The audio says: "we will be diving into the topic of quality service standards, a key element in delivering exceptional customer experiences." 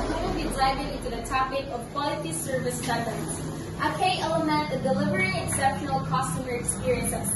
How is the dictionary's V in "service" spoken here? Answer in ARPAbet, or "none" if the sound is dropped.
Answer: V